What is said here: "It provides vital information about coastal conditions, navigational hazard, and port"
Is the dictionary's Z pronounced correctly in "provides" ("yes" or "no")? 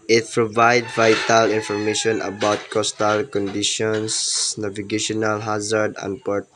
no